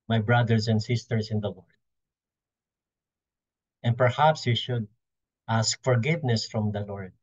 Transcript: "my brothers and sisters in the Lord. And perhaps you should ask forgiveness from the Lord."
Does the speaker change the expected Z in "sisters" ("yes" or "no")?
yes